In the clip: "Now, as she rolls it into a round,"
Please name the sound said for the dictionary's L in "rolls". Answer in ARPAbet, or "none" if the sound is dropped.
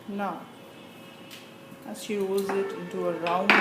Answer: none